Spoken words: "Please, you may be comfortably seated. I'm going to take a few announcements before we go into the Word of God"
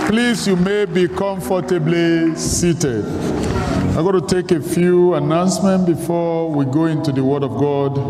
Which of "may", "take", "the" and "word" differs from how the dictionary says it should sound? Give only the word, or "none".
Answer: none